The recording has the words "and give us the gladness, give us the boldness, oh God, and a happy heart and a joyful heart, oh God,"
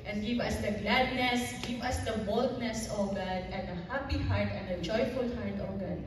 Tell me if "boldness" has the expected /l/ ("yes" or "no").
yes